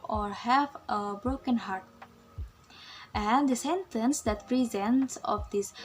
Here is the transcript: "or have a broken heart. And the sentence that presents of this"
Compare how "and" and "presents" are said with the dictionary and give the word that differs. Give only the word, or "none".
none